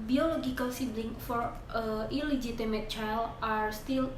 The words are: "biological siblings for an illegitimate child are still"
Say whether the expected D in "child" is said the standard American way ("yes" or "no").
no